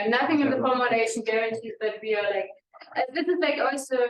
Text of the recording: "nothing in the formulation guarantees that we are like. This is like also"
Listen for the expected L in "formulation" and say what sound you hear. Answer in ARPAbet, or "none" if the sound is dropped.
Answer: N